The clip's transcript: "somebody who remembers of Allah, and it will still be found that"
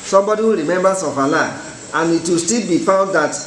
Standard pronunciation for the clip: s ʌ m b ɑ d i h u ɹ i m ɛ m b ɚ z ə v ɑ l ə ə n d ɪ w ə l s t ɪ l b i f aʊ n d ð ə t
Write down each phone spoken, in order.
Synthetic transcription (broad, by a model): s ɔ m b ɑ d i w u ɹ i m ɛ m b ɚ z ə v ɑ l ə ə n ɪ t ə s t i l b i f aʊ d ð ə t